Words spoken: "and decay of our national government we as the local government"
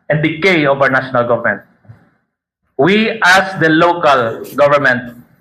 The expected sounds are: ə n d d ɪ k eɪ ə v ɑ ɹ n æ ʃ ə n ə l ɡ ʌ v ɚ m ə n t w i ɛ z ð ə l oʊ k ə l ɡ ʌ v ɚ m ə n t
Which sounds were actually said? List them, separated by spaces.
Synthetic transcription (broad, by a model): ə n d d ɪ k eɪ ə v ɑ w n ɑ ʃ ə n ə l ɡ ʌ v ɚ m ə n t w i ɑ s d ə l oʊ k ə l ɡ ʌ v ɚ m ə n t